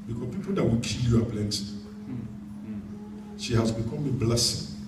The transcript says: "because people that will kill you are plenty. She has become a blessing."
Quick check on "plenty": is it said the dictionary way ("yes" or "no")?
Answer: no